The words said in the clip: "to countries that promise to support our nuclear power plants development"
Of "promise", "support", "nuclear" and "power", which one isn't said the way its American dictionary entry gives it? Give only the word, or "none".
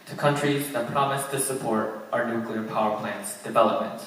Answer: none